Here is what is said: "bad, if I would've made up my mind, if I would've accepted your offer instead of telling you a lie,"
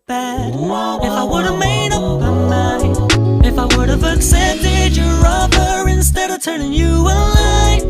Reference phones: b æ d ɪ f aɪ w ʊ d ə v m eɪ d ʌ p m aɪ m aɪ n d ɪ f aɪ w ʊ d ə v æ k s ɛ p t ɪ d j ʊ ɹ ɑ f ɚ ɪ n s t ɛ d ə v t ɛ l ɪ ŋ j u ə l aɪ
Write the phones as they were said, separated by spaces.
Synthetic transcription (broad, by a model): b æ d ɪ f aɪ w ʊ d ə v m eɪ d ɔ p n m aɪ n ɪ f aɪ w ʊ d ə v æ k s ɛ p t ɪ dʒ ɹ ɹ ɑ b ɚ ɪ n s t ɛ d ə v t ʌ n ɪ ŋ j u ə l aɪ